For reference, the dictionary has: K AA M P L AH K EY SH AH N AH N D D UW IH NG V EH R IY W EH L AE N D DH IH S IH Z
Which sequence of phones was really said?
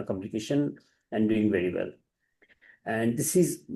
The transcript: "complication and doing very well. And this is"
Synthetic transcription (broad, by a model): K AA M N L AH K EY SH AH N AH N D D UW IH NG V EH R IY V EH L AE N D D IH S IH Z